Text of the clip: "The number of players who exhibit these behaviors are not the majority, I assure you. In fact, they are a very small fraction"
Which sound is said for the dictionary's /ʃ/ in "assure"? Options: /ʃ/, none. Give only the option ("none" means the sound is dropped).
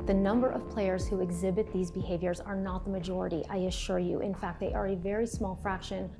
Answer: /ʃ/